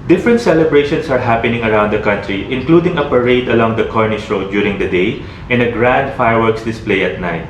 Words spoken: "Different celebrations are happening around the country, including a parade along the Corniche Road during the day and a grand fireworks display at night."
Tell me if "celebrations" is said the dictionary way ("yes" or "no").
no